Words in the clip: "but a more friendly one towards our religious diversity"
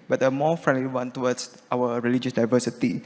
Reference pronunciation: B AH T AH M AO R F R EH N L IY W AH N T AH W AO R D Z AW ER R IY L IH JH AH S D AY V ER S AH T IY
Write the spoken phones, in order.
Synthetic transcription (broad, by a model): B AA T AH M AO F R EH N L IY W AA N T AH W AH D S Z AW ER R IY L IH JH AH S D AY V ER S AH T IY